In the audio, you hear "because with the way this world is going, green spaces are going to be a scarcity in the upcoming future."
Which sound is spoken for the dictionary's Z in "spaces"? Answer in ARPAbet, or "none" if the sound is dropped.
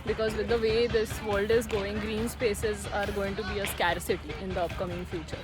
Z